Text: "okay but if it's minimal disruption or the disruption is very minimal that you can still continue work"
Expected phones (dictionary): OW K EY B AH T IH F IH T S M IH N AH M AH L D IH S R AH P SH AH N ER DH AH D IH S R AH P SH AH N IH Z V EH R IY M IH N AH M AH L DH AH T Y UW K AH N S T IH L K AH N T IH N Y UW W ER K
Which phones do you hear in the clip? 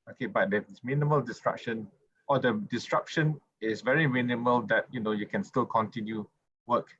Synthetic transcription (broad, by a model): OW K EY B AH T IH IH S M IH N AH M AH L D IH S R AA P SH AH N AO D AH D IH S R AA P SH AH N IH S V EH R IY M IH N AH M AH L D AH T Y UW K AH N S T IH L K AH N T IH N Y UW W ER K